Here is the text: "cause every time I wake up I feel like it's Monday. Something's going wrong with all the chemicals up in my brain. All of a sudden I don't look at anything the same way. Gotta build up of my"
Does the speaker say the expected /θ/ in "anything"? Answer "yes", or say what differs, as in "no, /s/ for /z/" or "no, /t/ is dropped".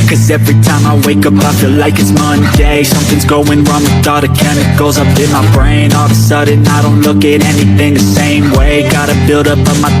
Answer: yes